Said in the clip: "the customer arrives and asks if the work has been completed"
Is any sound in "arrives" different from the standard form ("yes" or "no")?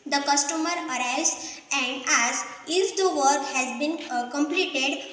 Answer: yes